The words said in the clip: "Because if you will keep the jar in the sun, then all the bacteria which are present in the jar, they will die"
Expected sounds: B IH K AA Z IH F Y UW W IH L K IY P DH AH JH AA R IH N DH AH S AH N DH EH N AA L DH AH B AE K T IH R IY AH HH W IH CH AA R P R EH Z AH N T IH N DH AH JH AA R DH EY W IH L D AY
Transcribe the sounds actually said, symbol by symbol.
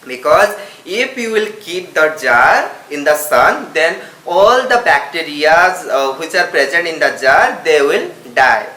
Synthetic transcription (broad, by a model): B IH K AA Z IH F Y UW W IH L K IY P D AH JH AA R IH N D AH S AH N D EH N AA L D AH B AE K T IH R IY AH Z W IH CH AA R P R EH Z AH N T IH N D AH JH AA R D EY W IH L D AY